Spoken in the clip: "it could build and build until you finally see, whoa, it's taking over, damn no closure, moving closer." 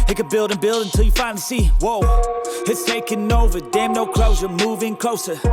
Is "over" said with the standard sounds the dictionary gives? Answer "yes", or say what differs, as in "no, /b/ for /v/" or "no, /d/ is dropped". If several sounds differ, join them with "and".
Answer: yes